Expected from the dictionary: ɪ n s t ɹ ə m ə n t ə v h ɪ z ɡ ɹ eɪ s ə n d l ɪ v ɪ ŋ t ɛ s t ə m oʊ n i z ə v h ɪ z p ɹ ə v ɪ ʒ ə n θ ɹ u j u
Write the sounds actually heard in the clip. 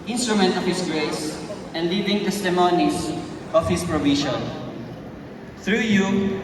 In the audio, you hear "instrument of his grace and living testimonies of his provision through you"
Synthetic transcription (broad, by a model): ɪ n s t ɹ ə m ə n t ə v h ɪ s ɡ ɹ eɪ s ə n d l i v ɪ ŋ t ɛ s t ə m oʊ n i s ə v h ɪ s p ɹ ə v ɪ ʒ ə n θ ɹ u j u